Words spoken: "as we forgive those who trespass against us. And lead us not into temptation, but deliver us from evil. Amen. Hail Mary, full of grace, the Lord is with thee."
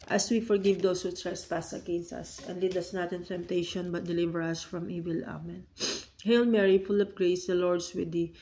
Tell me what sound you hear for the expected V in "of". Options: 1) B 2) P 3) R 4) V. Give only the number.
2